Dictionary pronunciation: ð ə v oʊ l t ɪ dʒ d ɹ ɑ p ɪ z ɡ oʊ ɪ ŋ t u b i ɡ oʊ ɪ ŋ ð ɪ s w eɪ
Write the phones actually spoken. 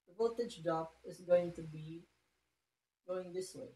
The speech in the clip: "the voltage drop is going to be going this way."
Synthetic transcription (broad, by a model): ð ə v oʊ t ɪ dʒ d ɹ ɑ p ɪ z ɡ oʊ ɪ ŋ t u b i ɡ oʊ ɪ ŋ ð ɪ s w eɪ